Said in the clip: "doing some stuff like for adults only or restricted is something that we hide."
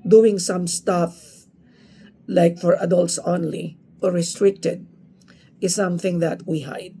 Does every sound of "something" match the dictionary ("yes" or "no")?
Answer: yes